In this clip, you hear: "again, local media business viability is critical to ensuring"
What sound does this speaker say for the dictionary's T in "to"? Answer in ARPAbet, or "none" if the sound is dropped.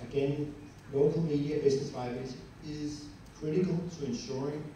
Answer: T